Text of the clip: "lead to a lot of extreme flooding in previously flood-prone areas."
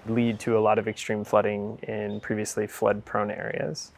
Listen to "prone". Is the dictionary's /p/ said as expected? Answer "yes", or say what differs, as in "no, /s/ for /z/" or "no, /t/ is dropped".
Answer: yes